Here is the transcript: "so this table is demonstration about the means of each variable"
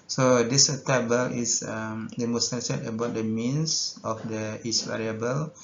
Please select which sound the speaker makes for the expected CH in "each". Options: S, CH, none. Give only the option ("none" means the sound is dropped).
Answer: S